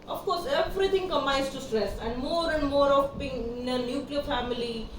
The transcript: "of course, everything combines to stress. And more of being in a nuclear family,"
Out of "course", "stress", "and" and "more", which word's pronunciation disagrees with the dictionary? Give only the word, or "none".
none